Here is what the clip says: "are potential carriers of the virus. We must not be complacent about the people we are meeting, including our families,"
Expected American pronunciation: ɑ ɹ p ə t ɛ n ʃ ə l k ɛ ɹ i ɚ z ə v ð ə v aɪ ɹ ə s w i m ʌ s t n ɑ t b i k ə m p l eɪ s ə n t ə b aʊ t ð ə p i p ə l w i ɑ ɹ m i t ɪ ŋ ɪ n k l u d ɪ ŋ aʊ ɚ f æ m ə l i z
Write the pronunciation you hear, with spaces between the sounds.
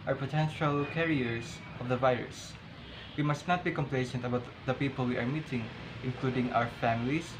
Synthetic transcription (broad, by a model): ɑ ɹ p ə t ɛ n ʃ ə l k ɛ ɹ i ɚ s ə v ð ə v aɪ ɹ ə s w i m ʌ s t n ɑ t b i k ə m p l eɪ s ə n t ə b aʊ t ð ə p i p ə l w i ɑ ɹ m i t ɪ ŋ ɪ n k l u d ɪ ŋ aʊ ɚ f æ m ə l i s